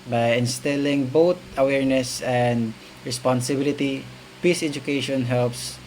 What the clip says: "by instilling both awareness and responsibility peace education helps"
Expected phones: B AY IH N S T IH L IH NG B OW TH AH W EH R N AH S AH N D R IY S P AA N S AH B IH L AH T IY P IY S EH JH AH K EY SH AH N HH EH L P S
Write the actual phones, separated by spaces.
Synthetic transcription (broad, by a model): B AY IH N S T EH L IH NG B OW T AH W EH R N AH S AH N D R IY S P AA N S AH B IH L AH T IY P IY S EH JH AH K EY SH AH N HH EH L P S